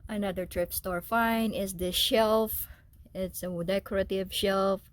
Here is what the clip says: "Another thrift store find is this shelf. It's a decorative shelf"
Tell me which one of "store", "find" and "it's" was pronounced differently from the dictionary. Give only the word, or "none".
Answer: find